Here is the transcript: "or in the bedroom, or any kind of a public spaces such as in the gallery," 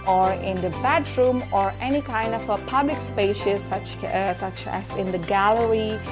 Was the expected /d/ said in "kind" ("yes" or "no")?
yes